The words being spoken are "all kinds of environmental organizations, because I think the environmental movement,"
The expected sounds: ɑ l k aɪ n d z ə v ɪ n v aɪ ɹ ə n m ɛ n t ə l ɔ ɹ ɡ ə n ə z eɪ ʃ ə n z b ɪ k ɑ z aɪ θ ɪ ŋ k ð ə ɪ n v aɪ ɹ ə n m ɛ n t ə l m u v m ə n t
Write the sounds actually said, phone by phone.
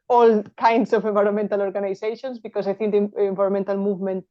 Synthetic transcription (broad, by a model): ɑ l k aɪ n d s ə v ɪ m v aɪ ɹ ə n m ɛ n t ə l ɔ ɹ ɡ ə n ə s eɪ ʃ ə n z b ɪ k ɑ s aɪ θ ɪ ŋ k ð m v aɪ ɹ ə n m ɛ n t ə l m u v m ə n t